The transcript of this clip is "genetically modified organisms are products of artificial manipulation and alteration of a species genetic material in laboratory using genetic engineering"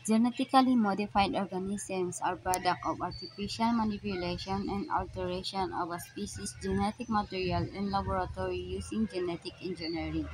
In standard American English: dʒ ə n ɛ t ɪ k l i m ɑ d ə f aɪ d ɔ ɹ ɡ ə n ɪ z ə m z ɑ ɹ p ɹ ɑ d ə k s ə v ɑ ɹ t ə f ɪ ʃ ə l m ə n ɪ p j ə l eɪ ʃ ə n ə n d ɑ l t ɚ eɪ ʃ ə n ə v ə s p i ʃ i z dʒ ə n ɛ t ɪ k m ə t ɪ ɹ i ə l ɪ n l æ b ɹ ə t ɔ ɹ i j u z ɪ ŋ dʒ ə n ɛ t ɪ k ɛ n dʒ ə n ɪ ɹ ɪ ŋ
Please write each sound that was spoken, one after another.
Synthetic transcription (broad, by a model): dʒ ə n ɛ t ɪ k l i m ɑ d ə f aɪ d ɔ ɹ ɡ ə n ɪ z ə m s ɑ ɹ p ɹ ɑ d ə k ə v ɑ ɹ t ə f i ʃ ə l m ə n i p j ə l eɪ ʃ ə n ə n d ɑ l t ɚ eɪ ʃ ə n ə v ə s p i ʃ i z dʒ ə n ɛ t ɪ k m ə t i ɹ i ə l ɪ n l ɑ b ɹ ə t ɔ ɹ i j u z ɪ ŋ dʒ ə n ɛ t ɪ k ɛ n dʒ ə n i ɹ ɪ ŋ